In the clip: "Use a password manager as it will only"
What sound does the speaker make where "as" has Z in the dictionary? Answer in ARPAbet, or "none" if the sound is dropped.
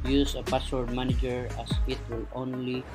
S